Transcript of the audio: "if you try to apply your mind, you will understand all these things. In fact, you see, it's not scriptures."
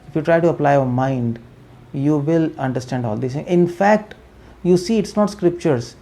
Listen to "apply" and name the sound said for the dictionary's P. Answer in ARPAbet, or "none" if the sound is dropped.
P